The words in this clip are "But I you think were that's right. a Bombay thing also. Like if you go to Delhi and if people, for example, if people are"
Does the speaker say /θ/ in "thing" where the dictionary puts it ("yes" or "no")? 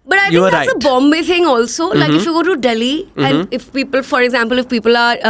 no